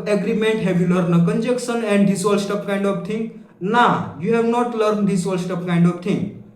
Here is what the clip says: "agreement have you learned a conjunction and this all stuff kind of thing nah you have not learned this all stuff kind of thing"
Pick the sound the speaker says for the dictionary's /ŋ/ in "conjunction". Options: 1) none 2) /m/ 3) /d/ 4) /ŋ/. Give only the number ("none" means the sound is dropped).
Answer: 1